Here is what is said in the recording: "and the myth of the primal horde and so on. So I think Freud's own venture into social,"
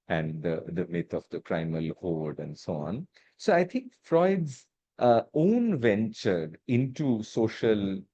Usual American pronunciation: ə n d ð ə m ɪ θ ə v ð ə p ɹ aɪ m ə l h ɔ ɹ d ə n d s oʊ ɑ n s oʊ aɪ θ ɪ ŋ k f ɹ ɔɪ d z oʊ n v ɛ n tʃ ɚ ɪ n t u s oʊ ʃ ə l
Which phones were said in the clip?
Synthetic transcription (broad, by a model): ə n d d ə m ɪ t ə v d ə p ɹ aɪ m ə l h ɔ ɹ d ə n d s oʊ ɑ n s oʊ aɪ t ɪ ŋ k f ɹ ɔɪ d z oʊ n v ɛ n tʃ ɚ ɪ n t u s oʊ ʃ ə l